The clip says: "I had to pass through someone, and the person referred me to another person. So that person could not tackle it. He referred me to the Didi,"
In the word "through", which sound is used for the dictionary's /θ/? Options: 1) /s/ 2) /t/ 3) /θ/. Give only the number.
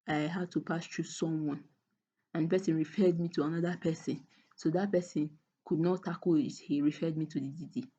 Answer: 2